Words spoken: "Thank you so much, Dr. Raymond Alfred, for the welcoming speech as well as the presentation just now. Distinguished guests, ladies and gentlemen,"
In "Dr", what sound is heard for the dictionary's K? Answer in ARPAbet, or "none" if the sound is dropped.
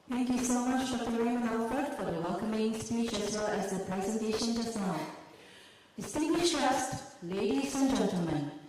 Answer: none